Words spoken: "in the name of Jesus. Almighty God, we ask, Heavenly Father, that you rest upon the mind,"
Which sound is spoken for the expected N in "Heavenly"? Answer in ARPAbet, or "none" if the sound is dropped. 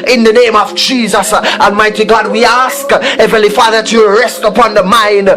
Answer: none